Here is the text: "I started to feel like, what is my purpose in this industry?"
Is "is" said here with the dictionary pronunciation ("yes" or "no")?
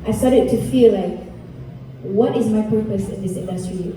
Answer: yes